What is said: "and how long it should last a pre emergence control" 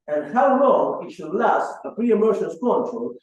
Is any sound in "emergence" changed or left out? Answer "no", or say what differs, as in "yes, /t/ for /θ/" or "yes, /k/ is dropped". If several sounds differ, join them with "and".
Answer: yes, /ʃ/ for /dʒ/